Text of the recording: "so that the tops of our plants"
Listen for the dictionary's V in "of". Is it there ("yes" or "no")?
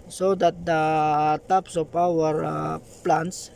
no